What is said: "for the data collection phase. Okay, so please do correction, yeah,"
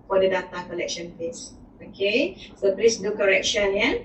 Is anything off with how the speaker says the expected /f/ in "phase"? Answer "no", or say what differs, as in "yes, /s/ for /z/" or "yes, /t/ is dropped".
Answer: yes, /p/ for /f/